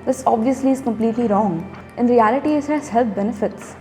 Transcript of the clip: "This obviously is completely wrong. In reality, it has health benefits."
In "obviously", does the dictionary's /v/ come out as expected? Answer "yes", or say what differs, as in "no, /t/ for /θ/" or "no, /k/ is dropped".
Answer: yes